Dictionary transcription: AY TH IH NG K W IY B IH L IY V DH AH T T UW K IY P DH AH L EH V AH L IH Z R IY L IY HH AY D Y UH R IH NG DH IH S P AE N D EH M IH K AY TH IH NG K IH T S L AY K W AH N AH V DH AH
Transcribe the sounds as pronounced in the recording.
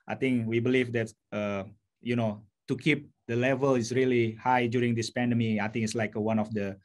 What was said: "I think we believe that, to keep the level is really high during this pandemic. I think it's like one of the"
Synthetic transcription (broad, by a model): AY T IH NG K W IY B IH L IY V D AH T T UW K IY P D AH L EH V AH L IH S R IY L IY HH AY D Y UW R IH NG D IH S P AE N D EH M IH AY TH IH NG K IH T S L AY K W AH N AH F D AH